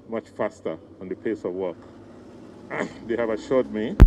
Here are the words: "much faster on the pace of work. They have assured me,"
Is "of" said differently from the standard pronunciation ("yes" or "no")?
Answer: no